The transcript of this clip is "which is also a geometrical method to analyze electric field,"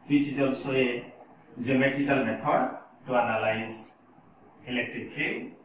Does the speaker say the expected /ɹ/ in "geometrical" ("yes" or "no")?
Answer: no